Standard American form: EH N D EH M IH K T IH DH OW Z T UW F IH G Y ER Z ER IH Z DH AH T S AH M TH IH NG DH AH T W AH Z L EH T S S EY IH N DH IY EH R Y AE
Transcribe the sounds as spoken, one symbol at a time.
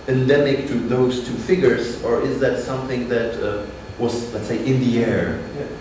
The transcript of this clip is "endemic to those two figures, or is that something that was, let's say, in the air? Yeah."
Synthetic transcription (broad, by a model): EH N D EH M IH K T IH DH OW Z T UW F IH G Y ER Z ER IH Z DH AH T S AH M TH IH NG DH AH T W AH Z L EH T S S EY IH N DH IY EH R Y